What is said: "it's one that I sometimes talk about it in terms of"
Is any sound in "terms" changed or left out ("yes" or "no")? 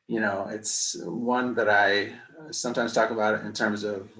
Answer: no